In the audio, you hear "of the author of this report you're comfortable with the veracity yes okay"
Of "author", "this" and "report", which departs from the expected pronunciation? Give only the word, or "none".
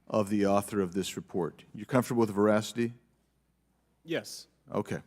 none